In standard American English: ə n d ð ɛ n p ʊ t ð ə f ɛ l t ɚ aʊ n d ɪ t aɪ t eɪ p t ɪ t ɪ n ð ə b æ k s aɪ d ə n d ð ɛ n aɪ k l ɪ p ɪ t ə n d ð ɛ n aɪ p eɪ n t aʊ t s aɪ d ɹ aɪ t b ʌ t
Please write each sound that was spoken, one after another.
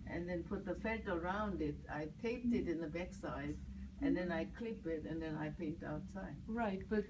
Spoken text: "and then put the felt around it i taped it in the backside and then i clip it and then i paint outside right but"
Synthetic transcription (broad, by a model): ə n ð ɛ n p ʊ t ð ə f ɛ t ɚ aʊ n d ɪ t aɪ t eɪ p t ɪ t ɪ n ð ə b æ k s aɪ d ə n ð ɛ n aɪ k l ɪ p ɪ t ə n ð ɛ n aɪ p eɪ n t aʊ t s aɪ d ɹ aɪ t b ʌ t